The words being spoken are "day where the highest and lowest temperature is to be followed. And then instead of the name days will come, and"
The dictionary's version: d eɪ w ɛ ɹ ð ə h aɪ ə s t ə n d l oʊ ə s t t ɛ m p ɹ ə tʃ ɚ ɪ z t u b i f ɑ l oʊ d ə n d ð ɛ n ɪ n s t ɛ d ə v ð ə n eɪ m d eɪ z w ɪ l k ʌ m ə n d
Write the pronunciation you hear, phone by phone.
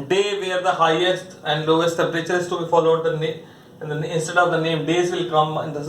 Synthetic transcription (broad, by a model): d eɪ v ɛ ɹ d ə h aɪ ə s t ə n d l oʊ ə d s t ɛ p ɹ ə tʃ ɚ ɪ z t u b i f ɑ l oʊ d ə n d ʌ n ɪ n s t ɛ d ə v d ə n eɪ m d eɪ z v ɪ l k ʌ m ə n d